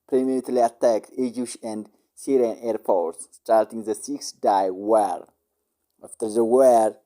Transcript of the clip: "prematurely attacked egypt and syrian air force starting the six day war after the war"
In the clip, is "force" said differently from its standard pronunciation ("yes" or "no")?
yes